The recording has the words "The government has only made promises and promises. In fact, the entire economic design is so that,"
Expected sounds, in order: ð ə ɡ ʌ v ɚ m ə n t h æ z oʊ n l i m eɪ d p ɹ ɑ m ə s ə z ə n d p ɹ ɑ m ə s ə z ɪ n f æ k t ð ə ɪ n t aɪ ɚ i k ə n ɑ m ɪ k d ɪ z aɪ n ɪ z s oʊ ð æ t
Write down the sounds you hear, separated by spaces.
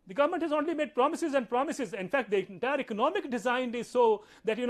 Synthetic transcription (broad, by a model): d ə ɡ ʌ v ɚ m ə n t h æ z oʊ n l i m eɪ d p ɹ ɑ m ə s ə z ə n d p ɹ ɑ m ə s ə z ɪ n f æ k t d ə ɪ t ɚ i k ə n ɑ m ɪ k d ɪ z aɪ n ɪ z s oʊ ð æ t